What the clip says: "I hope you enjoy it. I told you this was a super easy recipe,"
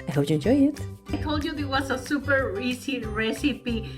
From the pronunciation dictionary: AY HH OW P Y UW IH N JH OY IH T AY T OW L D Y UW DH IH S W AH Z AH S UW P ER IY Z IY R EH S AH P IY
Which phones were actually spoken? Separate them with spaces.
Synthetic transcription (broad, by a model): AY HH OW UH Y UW IH N JH OY IH T AY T OW L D Y UW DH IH W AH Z AH S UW P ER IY S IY R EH S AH P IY